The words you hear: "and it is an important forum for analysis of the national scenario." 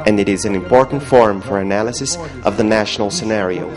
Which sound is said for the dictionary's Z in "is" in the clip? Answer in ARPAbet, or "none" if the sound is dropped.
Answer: Z